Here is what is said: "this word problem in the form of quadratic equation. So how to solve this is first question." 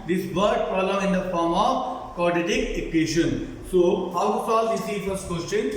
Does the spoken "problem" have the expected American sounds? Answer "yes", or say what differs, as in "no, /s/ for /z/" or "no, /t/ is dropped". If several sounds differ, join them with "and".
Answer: no, /b/ is dropped